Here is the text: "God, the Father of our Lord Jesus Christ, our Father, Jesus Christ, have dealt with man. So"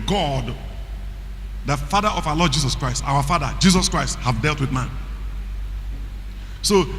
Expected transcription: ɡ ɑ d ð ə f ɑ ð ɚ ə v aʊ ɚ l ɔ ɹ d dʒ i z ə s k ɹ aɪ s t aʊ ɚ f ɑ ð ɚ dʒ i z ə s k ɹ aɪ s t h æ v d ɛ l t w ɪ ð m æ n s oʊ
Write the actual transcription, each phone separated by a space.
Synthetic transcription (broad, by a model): ɡ ɑ d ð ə f ɑ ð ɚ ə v aʊ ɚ l ɔ d dʒ i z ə s k ɹ aɪ s t aʊ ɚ f ɑ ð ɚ dʒ i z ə s k ɹ aɪ s t h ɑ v d ɛ l t w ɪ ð m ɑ n s oʊ